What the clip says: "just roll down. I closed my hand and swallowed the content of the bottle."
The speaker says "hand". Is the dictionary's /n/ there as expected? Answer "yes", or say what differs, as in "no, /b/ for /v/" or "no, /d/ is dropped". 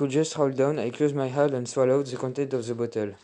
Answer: no, /n/ is dropped